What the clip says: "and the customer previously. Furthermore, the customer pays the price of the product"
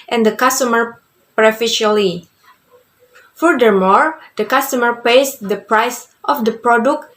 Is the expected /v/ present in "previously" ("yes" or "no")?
no